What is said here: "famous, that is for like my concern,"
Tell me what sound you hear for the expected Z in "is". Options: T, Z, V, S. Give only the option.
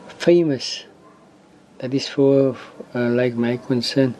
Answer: S